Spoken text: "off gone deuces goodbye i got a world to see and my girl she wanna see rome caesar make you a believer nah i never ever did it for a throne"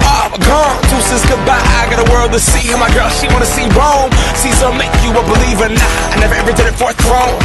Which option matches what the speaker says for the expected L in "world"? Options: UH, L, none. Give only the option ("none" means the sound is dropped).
L